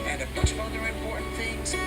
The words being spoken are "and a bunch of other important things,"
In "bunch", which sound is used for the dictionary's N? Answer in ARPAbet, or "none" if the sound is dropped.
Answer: none